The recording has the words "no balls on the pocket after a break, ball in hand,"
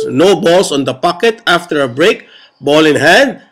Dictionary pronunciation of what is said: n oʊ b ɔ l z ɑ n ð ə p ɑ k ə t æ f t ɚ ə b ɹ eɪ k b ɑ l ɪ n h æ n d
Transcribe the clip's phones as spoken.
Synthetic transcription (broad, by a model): n oʊ b ɔ l s ɑ n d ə p ɑ k ə t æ f t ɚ ə b ɹ eɪ k b ɑ l ɪ n h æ n d